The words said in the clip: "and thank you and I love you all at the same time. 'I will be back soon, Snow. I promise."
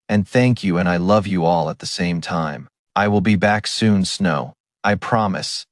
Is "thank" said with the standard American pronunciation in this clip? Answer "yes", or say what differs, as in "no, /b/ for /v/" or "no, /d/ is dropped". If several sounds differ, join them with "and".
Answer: yes